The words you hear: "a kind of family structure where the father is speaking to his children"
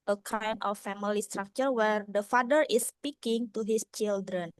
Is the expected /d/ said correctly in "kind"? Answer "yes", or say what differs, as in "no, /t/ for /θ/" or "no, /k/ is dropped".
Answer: no, /d/ is dropped